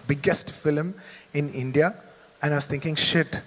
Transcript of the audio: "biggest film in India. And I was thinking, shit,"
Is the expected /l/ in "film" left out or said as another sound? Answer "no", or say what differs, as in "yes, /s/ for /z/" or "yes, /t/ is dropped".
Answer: no